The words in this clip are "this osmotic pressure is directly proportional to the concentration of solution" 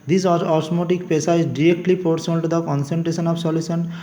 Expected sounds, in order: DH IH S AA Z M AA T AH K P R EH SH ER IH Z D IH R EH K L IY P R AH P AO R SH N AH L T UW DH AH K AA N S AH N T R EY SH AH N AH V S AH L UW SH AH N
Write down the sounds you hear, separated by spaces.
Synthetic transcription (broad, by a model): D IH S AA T M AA T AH K P EH S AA IH Z D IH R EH K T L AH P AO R S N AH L T UW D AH K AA N S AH N T R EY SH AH N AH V S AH L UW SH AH N